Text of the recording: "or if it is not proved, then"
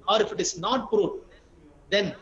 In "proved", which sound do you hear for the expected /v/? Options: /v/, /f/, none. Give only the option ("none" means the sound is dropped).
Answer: none